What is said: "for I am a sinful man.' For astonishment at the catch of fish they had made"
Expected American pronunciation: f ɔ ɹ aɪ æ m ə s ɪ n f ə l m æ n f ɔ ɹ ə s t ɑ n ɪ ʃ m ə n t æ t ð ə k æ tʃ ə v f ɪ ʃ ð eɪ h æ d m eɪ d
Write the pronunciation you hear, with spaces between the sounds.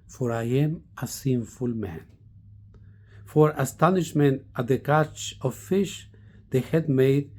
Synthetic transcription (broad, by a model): f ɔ ɹ aɪ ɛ m ə s ɪ n f ə l m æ n f ɔ ɹ ə s t ɑ n ɪ ʃ m ə n t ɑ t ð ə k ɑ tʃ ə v f ɪ ʃ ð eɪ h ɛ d m eɪ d